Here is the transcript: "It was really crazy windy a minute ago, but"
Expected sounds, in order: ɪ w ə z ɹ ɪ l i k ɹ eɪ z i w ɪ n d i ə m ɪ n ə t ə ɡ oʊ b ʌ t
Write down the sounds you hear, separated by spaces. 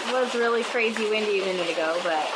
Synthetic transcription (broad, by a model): w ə s ɹ ɪ l i k ɹ eɪ z i w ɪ n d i ə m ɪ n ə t ə ɡ oʊ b ʌ t